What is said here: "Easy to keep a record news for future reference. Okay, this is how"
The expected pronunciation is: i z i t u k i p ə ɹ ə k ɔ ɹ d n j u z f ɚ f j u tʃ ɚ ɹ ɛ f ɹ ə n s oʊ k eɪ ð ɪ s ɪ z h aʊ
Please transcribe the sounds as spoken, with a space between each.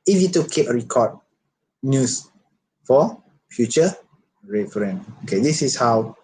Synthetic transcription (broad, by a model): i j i t u k i p ə ɹ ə k ɔ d n j u s f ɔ f j u tʃ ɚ ɹ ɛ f ɹ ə n oʊ k eɪ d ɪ s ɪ s h aʊ